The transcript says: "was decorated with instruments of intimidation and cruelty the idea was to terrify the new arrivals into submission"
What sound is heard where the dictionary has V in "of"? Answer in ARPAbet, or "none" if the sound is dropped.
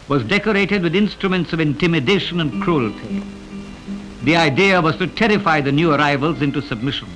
V